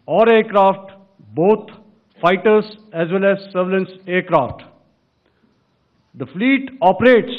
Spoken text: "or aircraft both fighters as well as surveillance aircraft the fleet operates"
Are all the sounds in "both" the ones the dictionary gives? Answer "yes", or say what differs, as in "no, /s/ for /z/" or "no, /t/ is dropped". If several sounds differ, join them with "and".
no, /t/ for /θ/